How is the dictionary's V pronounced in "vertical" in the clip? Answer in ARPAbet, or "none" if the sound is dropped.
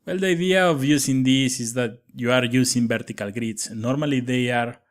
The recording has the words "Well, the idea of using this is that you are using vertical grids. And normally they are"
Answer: B